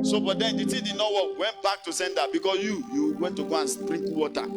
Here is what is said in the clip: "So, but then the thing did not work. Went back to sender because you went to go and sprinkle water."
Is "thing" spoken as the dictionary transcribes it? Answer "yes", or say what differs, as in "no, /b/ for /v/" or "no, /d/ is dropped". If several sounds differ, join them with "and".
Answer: no, /t/ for /θ/